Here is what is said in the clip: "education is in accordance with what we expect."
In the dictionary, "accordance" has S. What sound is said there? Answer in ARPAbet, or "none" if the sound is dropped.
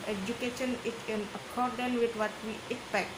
none